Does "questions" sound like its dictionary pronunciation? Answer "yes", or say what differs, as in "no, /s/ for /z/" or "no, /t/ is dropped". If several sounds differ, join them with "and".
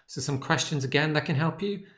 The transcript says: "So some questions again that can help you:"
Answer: yes